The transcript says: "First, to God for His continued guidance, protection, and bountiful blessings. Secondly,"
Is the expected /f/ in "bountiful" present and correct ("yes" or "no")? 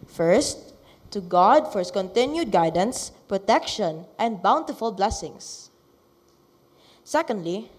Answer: yes